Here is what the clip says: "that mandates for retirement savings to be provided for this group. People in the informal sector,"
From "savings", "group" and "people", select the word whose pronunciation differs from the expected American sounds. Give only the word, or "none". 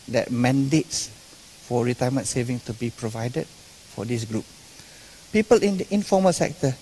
savings